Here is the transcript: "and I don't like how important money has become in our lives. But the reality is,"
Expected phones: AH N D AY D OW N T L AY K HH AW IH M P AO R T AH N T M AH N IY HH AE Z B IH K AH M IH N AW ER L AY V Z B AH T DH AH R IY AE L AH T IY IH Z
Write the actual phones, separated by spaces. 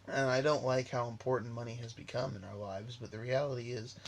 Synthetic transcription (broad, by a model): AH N AY D OW N T L AY K HH AW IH M P AO R T N M AH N IY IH Z B IH K AH M IH N AW ER L AY V Z B AH T DH AH R IY AE L AH T IY IH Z